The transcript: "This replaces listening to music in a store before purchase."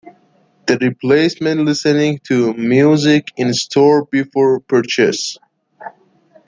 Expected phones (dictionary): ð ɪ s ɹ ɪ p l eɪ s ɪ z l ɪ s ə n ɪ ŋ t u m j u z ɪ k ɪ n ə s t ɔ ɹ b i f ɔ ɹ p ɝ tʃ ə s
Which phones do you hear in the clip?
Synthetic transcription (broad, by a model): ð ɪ ɹ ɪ p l eɪ s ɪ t l ɪ s ə n ɪ ŋ t u m j u z ɪ k ɪ n s t ɔ ɹ b i f ɔ ɹ p ɝ tʃ ə s